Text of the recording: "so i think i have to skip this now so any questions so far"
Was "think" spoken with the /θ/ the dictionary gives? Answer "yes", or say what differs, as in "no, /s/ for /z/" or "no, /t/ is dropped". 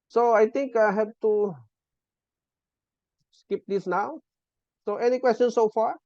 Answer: no, /t/ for /θ/